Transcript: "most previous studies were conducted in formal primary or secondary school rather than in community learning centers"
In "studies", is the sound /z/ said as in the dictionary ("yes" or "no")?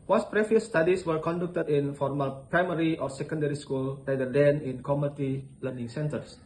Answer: no